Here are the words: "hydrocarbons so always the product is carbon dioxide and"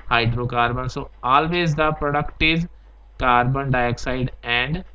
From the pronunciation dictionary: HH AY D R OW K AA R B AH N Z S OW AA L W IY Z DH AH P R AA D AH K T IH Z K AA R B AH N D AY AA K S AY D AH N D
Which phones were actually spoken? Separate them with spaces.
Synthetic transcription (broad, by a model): HH AY D R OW K AA R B AH N S OW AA L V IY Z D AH P R AA D AH K T IH Z K AA R B AH N D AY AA K S AY D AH N D